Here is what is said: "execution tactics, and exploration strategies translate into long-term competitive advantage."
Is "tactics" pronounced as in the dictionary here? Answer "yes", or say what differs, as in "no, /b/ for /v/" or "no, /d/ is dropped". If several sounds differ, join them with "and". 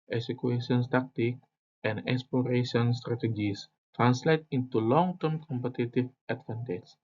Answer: no, /s/ is dropped